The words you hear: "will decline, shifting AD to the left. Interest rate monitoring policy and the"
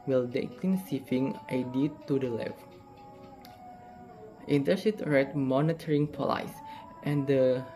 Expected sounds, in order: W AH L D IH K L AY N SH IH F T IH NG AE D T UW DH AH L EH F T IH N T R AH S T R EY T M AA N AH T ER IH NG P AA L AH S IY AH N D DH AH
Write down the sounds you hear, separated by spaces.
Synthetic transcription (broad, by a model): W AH L D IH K L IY N S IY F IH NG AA D T UW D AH L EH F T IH N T AH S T R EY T M AA N AH T ER IH NG P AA L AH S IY AH N D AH